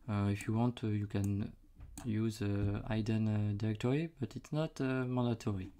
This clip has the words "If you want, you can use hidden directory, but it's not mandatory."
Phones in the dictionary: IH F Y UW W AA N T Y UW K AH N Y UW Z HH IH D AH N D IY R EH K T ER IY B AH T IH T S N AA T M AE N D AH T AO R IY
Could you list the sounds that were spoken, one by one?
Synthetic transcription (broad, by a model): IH F Y UW W AA N T Y UW K AH N Y UW Z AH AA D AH N D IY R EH K T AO IY B AH T IH T S N AA T M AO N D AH T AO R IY